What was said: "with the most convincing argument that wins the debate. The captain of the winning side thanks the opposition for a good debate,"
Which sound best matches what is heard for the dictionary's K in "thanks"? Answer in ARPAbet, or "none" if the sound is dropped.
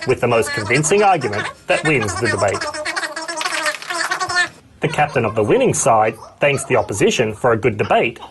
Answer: K